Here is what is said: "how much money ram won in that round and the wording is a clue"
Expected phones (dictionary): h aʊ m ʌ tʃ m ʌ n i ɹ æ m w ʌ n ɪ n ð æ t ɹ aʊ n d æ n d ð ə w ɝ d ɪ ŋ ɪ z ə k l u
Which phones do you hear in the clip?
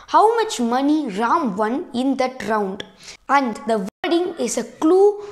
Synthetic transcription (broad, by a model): h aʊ m ʌ tʃ m ʌ n i ɹ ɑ m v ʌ n ɪ n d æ t ɹ aʊ n d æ n d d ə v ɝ d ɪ ŋ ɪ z ə k l u